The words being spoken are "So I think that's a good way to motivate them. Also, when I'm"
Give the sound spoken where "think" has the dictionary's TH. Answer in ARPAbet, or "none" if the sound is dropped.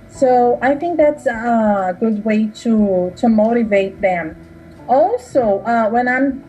TH